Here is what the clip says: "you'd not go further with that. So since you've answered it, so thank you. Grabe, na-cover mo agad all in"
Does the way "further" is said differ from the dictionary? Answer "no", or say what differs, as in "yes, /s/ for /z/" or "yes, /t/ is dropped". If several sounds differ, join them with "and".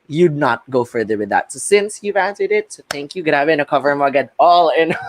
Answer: no